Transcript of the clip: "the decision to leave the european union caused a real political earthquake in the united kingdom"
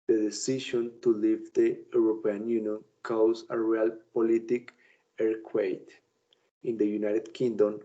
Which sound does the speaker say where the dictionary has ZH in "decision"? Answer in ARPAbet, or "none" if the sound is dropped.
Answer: SH